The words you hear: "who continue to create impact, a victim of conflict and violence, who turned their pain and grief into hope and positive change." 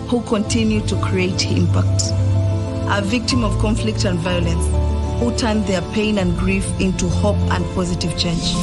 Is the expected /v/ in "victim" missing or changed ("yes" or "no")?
no